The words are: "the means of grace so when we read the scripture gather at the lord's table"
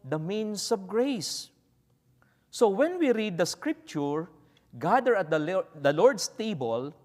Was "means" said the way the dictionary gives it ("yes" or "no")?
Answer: no